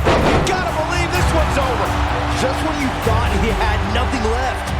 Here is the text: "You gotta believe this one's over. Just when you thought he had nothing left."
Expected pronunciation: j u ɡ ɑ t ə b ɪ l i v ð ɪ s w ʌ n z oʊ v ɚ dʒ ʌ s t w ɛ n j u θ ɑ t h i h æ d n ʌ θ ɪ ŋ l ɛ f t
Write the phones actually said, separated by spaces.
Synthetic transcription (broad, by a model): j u ɡ ɑ t ə b ɪ l i v ð ɪ s w ʌ n z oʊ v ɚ dʒ ʌ s t w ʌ n j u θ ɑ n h i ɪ d n ʌ θ ɪ ŋ l ɛ f t